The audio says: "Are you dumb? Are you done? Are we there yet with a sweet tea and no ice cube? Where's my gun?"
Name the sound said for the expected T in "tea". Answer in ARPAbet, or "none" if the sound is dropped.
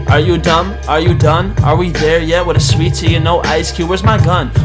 S